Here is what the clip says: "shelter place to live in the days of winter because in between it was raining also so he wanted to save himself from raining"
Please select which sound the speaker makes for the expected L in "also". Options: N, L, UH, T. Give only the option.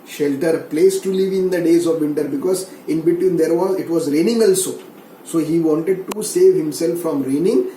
L